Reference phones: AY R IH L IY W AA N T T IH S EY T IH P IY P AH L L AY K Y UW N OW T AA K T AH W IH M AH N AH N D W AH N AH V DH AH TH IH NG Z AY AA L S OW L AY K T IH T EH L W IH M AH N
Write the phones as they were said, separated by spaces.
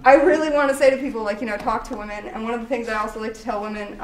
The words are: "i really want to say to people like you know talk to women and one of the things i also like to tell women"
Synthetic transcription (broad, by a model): AY R IH L IY W AA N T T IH S EY T IH P IY P L L AY K Y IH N OW T AA K T AH W IH M AH N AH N W AH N AH V DH AH TH IH NG Z AY AA L S OW L AY K T IH T EH L W IH M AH N